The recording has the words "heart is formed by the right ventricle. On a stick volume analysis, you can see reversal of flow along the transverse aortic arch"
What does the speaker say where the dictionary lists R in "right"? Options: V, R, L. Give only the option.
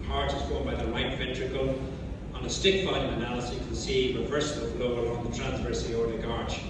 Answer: L